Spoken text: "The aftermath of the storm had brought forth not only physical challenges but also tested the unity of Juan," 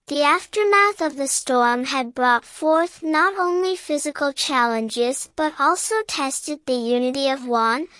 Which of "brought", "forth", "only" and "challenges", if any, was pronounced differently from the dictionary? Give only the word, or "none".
none